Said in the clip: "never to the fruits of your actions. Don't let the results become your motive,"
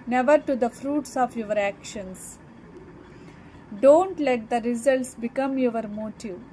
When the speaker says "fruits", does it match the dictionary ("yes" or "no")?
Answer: yes